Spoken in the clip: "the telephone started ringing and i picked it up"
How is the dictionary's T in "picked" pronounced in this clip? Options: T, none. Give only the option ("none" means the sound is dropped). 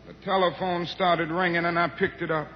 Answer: T